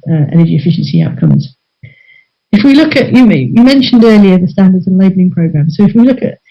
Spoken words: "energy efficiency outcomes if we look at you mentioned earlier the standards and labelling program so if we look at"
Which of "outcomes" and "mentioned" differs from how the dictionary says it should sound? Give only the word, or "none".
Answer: none